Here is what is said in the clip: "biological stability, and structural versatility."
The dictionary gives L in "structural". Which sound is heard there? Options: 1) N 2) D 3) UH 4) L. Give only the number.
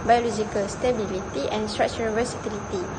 1